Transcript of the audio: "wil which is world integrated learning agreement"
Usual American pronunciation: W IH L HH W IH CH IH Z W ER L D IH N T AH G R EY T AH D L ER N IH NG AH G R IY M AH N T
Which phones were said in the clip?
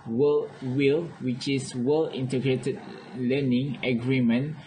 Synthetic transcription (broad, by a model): W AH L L W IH CH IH S W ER L IH N T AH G R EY T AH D L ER N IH NG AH G R IY M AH N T